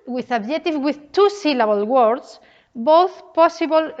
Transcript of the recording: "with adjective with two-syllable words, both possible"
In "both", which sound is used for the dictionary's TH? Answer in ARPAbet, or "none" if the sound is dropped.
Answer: TH